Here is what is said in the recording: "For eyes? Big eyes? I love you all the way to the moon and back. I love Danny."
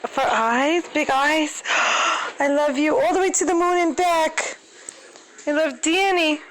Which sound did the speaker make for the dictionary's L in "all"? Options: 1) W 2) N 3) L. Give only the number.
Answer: 3